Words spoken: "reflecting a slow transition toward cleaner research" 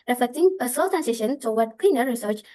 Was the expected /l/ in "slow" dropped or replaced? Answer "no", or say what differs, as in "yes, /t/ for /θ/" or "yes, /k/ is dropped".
yes, /l/ is dropped